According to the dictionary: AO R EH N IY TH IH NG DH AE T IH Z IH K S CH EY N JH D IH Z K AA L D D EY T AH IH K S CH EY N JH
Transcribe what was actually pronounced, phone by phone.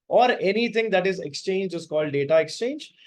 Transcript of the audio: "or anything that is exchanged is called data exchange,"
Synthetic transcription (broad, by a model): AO R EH N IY T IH NG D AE T IH Z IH K S CH EY N JH IH Z K AA L D D EY T AH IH K S CH EY N JH